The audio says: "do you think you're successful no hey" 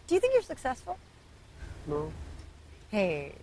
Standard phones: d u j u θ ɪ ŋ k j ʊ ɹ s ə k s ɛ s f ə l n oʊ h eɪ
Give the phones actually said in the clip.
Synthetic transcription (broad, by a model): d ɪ j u θ ɪ ŋ k j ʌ ɹ s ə k s ɛ s f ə l n oʊ h eɪ